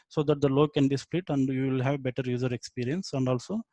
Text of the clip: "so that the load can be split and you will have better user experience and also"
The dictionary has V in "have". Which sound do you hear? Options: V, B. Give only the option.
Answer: V